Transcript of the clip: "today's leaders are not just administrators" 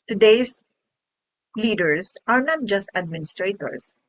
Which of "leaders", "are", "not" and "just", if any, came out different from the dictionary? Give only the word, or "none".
leaders